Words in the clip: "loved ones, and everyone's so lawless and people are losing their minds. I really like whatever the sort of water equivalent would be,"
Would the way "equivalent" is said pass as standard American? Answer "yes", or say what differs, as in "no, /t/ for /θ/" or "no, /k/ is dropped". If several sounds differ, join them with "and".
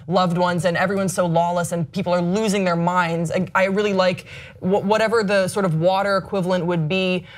yes